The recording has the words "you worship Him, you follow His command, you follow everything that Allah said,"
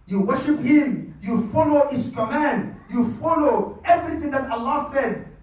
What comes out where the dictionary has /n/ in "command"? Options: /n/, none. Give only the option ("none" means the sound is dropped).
/n/